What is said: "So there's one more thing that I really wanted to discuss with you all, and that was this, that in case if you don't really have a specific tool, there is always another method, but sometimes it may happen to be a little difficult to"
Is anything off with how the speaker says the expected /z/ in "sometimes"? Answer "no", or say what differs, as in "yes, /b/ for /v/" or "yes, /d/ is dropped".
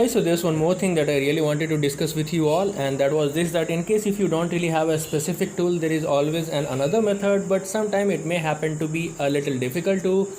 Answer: yes, /z/ is dropped